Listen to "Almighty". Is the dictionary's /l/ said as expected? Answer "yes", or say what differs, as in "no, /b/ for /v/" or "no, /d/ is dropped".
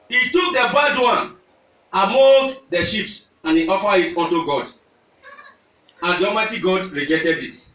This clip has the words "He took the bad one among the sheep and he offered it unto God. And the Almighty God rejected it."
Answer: no, /l/ is dropped